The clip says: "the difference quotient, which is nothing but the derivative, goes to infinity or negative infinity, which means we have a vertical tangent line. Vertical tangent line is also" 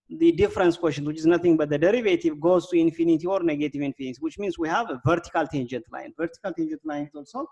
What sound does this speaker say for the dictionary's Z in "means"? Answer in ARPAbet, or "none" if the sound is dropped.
S